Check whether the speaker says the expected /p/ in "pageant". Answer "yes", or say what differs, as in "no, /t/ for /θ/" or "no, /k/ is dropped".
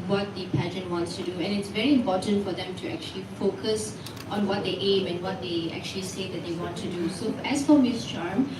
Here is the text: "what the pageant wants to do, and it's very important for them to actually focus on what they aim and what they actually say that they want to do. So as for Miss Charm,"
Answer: yes